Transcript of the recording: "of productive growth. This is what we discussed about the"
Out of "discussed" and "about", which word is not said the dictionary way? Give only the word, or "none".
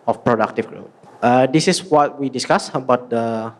discussed